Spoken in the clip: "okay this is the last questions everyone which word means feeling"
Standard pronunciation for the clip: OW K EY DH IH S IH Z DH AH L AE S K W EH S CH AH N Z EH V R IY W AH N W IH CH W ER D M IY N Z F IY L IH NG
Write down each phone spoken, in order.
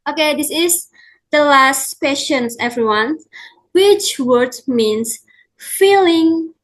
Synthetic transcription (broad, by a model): OW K EY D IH S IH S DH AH L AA S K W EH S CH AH N S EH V R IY W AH N W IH CH W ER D M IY N S F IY L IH NG